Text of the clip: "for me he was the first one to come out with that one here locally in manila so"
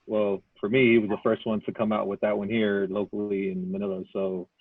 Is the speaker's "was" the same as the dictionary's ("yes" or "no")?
yes